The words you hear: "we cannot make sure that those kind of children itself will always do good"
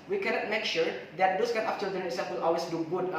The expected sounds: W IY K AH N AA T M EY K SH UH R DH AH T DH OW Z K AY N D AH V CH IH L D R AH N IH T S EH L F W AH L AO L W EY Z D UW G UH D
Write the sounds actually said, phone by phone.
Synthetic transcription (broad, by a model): W IY K AH N AA T M EY K SH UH R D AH T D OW S K AY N AH F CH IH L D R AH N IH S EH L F W AH L AO L W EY S D UW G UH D